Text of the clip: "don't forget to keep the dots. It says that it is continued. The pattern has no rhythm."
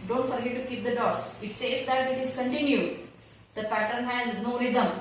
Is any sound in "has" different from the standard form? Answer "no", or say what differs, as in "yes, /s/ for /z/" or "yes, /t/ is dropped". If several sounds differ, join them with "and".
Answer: no